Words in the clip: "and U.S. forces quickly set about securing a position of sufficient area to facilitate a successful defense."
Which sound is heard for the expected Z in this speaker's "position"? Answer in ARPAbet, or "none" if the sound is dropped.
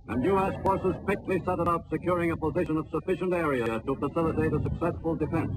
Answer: Z